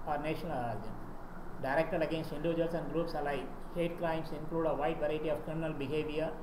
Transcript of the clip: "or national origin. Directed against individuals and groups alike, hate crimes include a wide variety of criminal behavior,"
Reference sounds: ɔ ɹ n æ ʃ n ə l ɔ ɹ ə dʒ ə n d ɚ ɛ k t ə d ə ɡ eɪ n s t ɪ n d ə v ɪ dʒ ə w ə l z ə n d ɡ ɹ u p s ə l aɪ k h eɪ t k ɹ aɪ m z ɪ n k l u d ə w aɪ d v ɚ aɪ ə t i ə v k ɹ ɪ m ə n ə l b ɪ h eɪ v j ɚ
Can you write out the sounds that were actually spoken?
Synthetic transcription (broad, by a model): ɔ ɹ n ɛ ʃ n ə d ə ə d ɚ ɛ k t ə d ə ɡ eɪ n s t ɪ n d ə v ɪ dʒ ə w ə l s ə n d ɡ ɹ u p s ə l aɪ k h eɪ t k ɹ aɪ m s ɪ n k l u d ə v aɪ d v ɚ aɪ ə t i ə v k ɹ ɪ m ə n ə l b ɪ h eɪ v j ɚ